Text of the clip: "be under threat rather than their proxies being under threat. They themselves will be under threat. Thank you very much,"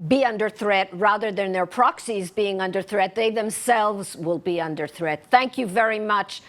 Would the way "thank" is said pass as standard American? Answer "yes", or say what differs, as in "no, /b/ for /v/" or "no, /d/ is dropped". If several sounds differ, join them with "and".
yes